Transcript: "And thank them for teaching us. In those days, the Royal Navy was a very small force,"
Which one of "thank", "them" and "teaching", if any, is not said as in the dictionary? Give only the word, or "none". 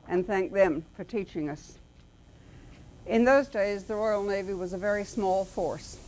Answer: none